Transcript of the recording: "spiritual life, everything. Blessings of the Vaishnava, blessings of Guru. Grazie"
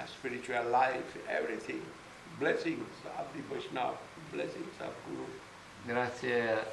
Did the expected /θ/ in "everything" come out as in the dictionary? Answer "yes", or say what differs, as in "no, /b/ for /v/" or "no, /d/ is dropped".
no, /t/ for /θ/